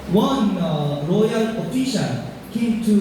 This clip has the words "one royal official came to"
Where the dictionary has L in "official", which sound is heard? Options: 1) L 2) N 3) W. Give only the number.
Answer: 2